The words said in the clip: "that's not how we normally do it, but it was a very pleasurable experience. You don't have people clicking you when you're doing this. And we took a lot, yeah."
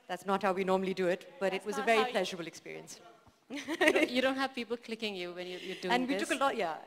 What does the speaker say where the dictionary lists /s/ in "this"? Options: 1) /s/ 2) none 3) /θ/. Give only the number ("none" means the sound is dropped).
2